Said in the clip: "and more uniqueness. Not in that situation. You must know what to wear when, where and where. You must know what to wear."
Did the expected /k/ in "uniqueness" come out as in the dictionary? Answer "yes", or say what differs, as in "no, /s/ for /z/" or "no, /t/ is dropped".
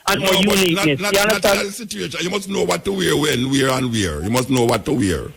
no, /k/ is dropped